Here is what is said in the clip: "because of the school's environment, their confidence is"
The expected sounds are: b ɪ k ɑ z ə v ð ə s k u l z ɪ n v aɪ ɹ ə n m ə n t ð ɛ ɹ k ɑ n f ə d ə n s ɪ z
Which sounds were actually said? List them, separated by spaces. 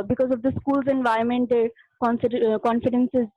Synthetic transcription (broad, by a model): b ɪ k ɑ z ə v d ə s k u l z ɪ n v aɪ ə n m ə n t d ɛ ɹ k ɑ n f ə d ə n s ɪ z